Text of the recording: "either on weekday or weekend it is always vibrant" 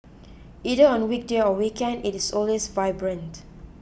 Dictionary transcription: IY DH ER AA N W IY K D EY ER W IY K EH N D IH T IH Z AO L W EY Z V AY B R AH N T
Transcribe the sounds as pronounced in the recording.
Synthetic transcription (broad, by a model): IY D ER AA N W IY K D EY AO W IY K EH N D IH T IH S AO L W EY S V AY B R AH N T